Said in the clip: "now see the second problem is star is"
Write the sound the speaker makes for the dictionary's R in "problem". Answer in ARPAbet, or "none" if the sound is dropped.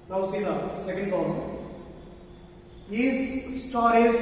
none